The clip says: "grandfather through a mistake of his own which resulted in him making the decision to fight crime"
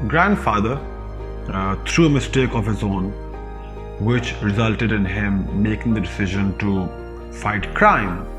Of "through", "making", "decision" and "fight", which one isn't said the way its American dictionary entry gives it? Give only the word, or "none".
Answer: through